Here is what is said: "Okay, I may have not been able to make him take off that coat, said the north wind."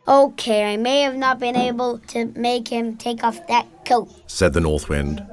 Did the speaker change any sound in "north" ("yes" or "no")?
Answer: no